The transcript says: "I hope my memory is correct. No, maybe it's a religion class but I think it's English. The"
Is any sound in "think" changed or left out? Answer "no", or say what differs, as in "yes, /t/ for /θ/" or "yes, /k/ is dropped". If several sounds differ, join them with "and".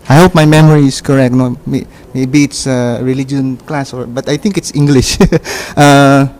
yes, /t/ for /θ/